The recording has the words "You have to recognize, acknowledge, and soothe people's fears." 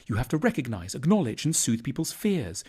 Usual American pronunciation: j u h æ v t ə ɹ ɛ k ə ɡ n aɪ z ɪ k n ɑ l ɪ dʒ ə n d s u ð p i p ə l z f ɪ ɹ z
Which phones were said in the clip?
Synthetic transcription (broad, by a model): j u h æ f t ə ɹ ɛ k ə ɡ n aɪ z ɪ k n ɑ l ɪ dʒ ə n s u ð p i p ə l z f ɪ ɹ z